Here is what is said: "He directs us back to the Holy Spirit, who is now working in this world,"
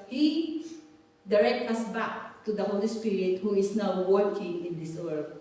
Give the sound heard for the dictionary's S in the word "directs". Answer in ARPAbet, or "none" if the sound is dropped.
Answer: none